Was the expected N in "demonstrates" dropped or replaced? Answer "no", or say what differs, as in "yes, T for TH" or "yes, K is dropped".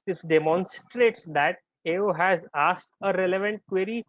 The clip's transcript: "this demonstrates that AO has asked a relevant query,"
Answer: no